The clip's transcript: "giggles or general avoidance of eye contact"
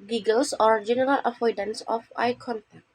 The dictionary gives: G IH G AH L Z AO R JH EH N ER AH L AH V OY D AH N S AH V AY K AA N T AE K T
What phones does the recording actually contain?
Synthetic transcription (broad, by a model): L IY G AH L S AO R JH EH N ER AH L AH F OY D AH N S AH F AY K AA N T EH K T